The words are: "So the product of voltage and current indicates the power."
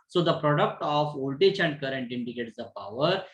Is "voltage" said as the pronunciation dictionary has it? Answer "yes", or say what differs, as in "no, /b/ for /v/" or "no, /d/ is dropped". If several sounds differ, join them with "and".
no, /tʃ/ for /dʒ/